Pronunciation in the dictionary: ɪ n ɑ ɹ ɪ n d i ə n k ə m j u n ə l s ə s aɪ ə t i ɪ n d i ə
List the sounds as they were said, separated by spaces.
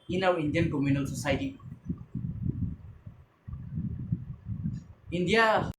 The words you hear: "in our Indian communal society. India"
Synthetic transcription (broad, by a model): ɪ n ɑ w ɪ n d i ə n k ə m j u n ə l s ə s aɪ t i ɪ n d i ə